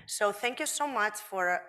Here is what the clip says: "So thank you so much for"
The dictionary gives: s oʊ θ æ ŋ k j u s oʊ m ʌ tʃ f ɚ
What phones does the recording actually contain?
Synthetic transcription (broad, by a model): s oʊ θ æ ŋ k j u s oʊ m ʌ tʃ f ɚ